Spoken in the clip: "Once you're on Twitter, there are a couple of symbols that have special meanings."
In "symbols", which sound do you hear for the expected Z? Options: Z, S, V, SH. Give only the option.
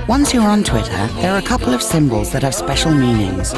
Z